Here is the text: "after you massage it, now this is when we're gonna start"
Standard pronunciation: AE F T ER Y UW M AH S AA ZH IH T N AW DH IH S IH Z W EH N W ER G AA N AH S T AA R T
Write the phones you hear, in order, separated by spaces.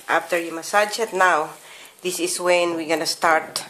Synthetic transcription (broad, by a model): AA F T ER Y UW M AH S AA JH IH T N AW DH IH S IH S W EH N W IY G AA N AH S T AA R T